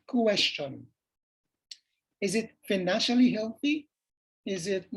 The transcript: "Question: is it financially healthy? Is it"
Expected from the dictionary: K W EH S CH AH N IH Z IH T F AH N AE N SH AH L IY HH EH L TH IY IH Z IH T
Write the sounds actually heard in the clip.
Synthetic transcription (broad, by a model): K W EH S CH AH N IH Z IH T F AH N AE N SH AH L IY HH EH L TH IY IH Z IH T